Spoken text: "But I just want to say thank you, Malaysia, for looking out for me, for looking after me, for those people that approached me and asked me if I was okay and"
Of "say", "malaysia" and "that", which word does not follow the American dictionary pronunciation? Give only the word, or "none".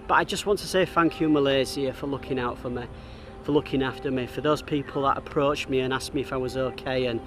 malaysia